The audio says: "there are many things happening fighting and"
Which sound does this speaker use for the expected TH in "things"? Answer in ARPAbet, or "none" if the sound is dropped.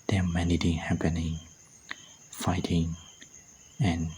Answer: T